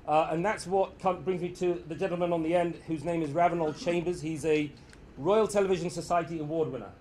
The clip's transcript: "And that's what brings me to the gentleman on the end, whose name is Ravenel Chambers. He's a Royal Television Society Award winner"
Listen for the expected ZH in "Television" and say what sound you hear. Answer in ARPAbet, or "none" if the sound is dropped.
ZH